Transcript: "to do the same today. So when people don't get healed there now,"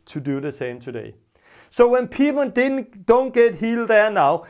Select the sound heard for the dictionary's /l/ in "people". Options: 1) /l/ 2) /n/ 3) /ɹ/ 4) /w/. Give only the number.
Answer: 2